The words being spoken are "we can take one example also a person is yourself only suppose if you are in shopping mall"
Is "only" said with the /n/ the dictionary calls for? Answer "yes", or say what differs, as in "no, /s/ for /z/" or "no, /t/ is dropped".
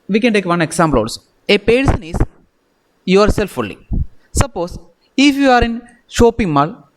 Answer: no, /n/ is dropped